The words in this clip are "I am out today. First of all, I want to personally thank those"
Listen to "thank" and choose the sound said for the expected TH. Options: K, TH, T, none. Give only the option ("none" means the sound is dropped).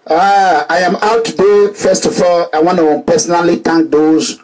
T